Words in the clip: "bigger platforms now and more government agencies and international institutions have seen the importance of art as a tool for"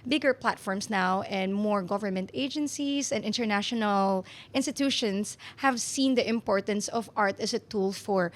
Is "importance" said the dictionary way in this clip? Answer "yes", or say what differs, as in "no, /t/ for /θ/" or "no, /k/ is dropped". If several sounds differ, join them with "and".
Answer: yes